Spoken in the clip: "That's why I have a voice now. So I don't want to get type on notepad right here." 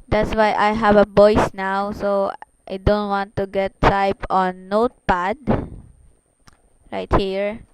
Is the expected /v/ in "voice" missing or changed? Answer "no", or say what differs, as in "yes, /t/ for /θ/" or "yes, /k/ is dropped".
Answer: yes, /b/ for /v/